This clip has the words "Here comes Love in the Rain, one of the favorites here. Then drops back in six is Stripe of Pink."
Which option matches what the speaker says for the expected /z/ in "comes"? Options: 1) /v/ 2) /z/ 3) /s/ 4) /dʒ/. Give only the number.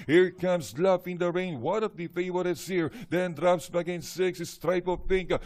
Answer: 3